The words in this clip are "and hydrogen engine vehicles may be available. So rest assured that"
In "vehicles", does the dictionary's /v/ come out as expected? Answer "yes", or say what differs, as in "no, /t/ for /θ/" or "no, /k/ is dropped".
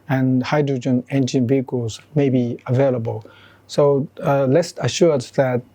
no, /b/ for /v/